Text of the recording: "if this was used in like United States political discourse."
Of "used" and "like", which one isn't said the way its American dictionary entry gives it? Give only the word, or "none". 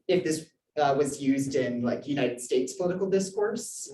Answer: none